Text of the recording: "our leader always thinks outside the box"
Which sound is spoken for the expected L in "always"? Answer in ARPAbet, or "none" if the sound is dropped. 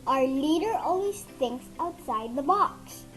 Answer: N